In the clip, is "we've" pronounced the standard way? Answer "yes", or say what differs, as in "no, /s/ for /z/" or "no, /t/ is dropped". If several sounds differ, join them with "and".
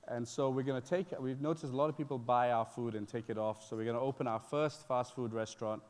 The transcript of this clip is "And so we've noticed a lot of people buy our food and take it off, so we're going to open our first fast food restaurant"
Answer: no, /w/ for /v/